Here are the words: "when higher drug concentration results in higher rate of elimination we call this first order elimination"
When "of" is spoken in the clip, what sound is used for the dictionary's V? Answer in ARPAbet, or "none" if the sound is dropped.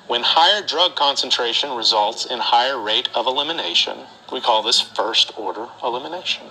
V